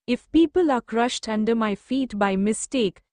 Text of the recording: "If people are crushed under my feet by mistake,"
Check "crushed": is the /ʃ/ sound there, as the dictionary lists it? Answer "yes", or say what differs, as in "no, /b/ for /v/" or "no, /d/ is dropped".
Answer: yes